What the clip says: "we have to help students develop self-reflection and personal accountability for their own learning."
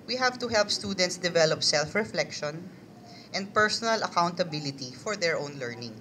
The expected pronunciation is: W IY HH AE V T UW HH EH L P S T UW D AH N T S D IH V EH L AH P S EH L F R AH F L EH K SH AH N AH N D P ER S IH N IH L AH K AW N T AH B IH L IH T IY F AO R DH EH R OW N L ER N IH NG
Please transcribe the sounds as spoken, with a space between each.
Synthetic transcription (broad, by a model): W IY HH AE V T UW HH EH L P S T UW D AH N T S D IH V EH L AH P S EH L F R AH F L EH K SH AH N AH N D P ER S IH N IH L AH K AW N T AH B IH L IH T IY F AO R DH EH R OW N L ER N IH NG